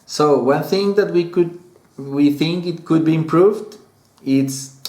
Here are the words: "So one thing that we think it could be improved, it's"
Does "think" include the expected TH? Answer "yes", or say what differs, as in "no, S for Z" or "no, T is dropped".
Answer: yes